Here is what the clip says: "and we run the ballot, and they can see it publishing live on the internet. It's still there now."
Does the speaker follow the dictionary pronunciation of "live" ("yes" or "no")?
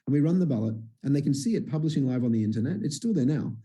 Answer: yes